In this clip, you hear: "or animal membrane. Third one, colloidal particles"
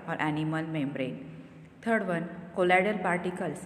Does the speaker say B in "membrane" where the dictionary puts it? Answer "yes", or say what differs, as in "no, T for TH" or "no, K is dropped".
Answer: yes